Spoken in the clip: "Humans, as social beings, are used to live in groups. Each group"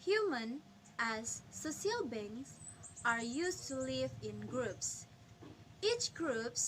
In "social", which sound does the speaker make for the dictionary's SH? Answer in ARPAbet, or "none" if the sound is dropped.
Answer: none